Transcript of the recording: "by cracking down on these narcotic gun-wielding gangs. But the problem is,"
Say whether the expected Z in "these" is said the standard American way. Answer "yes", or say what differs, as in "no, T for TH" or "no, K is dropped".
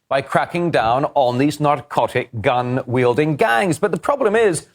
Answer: yes